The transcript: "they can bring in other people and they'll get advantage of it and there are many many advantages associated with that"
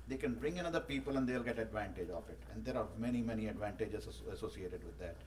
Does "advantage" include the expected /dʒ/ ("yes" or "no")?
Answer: yes